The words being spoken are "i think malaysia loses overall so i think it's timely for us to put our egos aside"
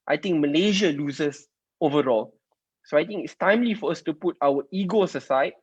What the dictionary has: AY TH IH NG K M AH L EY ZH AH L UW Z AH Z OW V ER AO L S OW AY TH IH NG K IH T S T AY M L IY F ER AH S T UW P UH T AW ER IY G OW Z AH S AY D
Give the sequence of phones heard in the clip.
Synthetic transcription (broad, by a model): AY T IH NG K M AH L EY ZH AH L UW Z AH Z OW V ER AO L S OW AY T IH NG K IH T S T AY M L IY F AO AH S T UW P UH T AW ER IY G OW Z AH S AY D